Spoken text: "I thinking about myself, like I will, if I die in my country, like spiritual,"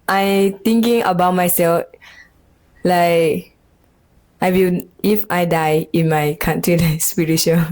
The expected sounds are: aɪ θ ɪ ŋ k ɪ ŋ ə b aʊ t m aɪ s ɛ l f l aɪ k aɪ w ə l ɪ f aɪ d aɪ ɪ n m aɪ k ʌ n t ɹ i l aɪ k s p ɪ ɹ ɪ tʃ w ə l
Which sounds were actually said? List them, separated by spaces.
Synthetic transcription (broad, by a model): aɪ t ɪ ŋ k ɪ ŋ ə b aʊ t m aɪ s ɛ l f l aɪ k aɪ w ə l ɪ f aɪ d aɪ ɪ n m aɪ k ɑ n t ɹ i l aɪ s p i ɹ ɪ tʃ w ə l